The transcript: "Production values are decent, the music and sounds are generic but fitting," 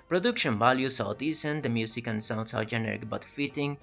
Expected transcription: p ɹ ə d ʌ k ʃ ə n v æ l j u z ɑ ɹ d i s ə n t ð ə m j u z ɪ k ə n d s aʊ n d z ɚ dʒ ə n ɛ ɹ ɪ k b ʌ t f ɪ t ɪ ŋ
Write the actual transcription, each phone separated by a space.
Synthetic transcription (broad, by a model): p ɹ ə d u k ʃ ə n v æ l j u s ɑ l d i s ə n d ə m j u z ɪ k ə n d s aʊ n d s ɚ dʒ ə n ɛ ɹ ɪ k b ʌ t f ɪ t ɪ ŋ